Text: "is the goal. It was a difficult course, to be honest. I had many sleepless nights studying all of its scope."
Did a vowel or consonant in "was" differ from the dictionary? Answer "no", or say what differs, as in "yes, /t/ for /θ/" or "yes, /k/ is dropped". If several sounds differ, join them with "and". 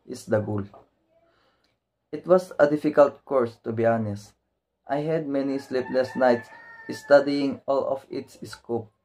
yes, /s/ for /z/